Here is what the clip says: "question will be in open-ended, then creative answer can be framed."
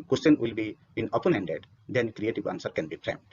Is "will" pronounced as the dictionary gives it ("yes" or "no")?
yes